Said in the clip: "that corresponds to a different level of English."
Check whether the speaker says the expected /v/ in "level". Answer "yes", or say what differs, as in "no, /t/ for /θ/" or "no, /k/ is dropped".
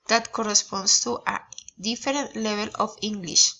no, /b/ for /v/